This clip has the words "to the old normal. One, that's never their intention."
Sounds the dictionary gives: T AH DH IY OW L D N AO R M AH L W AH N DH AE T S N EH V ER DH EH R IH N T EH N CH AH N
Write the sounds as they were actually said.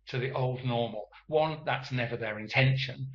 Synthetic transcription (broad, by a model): T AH DH IY OW L D N AO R M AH L W AH N DH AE T S N EH V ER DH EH R IH N T EH N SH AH N